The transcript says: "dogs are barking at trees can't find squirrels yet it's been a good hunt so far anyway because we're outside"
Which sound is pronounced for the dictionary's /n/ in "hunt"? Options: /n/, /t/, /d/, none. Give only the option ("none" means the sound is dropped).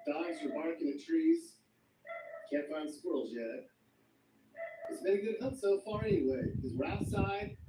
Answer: none